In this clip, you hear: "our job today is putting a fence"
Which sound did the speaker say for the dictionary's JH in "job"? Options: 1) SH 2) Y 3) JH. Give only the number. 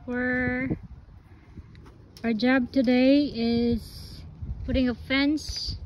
3